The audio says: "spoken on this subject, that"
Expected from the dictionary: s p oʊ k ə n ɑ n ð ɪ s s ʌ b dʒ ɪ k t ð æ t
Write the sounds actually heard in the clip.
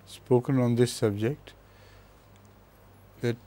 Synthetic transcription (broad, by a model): s p oʊ k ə n ɑ n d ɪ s s ʌ b dʒ ɪ k t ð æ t